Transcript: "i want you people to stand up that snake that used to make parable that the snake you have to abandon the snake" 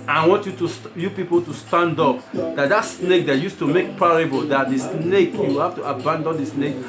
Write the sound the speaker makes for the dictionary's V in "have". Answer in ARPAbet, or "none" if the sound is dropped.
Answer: F